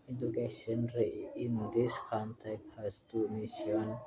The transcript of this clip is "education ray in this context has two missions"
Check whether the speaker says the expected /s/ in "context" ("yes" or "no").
no